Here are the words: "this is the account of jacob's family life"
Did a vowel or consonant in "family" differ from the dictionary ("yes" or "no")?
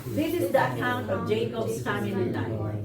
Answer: yes